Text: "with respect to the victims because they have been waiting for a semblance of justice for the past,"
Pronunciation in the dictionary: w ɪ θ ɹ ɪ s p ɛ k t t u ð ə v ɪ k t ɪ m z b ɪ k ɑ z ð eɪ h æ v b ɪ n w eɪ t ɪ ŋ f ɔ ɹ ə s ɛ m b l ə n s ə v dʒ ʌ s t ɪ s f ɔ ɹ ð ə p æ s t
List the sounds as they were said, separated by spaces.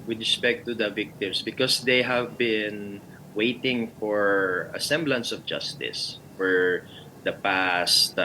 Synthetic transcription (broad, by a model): w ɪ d ɹ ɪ s p ɛ k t t u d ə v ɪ k t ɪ m s b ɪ k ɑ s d eɪ h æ v b ɪ n w eɪ t ɪ ŋ f ɔ ɹ ə s ɛ m b l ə n s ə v dʒ ʌ s t ɪ s f ɔ ɹ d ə p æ s t